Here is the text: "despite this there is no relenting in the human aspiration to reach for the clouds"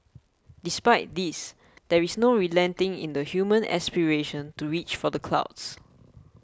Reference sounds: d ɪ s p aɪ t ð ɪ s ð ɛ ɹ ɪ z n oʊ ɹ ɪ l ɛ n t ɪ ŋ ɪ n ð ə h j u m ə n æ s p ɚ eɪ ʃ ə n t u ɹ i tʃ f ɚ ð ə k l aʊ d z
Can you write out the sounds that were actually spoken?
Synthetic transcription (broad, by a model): d ɪ s p aɪ t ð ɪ s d ɛ ɹ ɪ s n oʊ ɹ ɪ l ɛ n t ɪ ŋ ɪ n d ə h j u m ə n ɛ s p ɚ eɪ ʃ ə n t u ɹ i tʃ f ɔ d ə k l aʊ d s